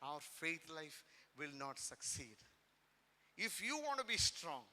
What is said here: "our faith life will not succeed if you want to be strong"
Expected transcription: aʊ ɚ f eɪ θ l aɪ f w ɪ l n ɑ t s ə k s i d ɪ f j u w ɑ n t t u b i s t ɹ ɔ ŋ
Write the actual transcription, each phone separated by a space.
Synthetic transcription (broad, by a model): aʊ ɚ f eɪ t l aɪ f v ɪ l n ɑ t s ə k s i d ɪ f j u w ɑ n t t u b i s t ɹ ɔ ŋ